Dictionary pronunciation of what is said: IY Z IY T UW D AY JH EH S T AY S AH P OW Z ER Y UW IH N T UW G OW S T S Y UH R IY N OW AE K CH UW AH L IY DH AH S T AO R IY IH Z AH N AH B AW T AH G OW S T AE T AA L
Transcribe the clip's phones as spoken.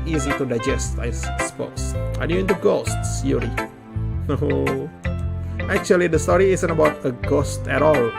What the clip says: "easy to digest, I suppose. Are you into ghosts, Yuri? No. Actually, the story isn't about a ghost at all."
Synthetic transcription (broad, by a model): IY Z IY T UW D AY JH EH S T AY S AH P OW S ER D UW IH N T UW G OW S T S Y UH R IY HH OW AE K CH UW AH L IY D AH S T AO R IY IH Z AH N AH B AW T AH G OW S T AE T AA L